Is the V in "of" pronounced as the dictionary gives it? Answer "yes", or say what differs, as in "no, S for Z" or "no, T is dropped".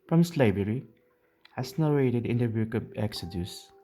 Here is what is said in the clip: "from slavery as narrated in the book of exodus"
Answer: no, B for V